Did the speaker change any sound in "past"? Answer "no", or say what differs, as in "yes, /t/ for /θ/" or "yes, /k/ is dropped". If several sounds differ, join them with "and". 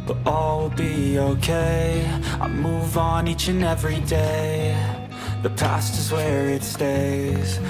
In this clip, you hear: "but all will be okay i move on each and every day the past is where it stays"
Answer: no